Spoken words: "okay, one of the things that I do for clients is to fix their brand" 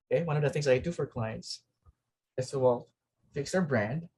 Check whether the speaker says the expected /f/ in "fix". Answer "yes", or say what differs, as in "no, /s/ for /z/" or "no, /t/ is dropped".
yes